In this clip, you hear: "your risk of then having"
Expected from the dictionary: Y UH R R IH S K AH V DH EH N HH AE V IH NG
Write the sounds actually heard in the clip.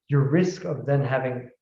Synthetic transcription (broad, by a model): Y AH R R IH S K AH V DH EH N HH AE V IH NG